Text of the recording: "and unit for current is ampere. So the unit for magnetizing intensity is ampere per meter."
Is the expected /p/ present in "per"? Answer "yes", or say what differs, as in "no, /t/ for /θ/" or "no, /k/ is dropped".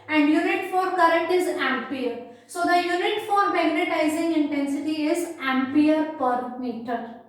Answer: yes